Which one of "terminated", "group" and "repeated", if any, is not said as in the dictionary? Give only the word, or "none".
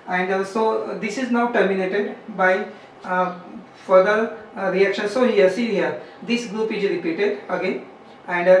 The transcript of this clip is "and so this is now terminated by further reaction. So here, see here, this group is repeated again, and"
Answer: none